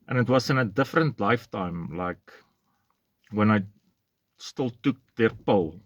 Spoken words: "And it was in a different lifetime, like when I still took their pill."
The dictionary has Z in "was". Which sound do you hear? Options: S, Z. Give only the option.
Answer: S